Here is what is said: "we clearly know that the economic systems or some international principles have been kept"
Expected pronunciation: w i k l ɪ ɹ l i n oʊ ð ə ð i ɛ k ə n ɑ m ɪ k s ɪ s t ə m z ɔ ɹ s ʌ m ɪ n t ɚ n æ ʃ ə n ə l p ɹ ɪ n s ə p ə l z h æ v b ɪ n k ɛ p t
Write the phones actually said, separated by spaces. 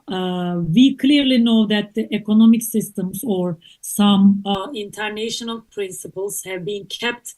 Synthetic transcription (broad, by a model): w i k l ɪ ɹ l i n oʊ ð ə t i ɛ k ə n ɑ m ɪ k s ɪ s t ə m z ɔ ɹ s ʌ m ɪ n t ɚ n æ ʃ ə n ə l p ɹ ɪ n s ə p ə l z h æ v b ɪ n k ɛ p t